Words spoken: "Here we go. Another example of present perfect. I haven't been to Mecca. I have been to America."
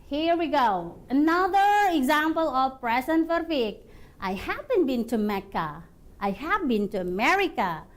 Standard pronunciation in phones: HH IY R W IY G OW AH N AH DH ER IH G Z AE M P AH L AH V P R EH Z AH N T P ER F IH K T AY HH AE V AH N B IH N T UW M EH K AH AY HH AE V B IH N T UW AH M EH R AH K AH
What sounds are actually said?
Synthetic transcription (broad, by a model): HH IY R W IY G OW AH N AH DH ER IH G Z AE M P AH L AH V P R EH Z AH N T F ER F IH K T AY HH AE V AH N B IH N T UW M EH K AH AY HH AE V B IH N T UW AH M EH R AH K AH